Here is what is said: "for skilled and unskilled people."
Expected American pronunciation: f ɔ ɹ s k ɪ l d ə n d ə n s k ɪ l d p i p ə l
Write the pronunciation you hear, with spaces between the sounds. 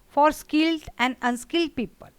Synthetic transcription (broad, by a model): f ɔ ɹ s k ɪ l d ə n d ə n s k ɪ l d p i p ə l